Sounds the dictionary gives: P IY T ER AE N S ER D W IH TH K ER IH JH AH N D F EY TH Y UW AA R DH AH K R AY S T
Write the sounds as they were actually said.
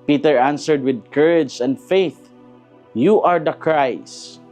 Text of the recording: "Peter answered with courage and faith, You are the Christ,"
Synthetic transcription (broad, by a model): P IY T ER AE N S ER D W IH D K ER IH JH AH N D F EY TH Y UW AA R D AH K R AY S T